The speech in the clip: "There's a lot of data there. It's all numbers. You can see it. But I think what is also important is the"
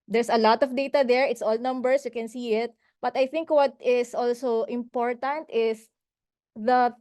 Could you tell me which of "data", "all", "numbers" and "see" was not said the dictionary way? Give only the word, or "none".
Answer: numbers